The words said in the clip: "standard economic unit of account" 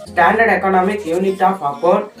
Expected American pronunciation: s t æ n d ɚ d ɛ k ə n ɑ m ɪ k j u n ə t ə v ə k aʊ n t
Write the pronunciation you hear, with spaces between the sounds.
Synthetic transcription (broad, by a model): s t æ n d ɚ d ɛ k ə n ɑ m ɪ k j u n ə t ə p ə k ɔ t